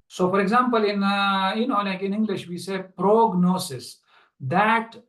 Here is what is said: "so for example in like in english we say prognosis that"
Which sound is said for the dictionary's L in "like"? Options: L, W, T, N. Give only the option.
N